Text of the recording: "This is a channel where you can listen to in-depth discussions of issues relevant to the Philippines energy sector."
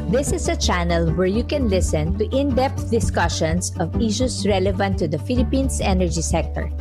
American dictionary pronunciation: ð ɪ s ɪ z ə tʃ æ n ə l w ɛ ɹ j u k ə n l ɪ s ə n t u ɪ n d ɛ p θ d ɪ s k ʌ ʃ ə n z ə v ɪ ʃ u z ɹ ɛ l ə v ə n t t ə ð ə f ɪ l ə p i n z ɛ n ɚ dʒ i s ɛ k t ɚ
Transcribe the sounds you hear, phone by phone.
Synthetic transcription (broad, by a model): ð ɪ s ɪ s ə tʃ æ n ə l w ɛ ɹ j u k ə n l ɪ s ə n t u ɪ n d ɛ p t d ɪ s k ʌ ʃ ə n s ə v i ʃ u s ɹ ɛ l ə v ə n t t ə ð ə f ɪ l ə p i n s ɛ n ɚ dʒ i s ɛ k t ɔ